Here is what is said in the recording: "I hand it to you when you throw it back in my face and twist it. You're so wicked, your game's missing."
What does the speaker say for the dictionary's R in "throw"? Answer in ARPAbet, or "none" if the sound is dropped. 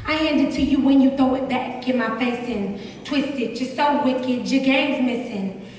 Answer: none